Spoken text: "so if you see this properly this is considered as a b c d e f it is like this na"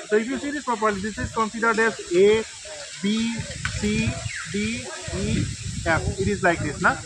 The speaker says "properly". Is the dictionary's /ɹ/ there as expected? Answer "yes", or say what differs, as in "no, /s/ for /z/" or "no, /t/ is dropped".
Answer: no, /ɹ/ is dropped